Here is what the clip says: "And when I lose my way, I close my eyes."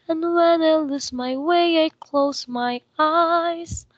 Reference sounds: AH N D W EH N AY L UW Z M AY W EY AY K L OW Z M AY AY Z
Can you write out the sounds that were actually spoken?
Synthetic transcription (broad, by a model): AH N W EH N AY L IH S M AY W EY AY K L OW Z M AY AY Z